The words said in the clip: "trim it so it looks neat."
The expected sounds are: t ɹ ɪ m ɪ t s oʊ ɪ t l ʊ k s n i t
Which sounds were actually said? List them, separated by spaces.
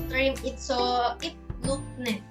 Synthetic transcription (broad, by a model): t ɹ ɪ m ɪ t s oʊ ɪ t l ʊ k n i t